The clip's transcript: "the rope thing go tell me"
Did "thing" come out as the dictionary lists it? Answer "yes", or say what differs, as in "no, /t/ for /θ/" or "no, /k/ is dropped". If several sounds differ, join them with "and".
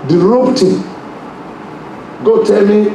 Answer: no, /t/ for /θ/